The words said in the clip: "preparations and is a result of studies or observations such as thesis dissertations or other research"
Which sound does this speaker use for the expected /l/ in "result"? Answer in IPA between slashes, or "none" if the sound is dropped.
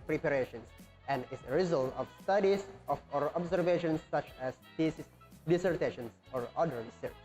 /l/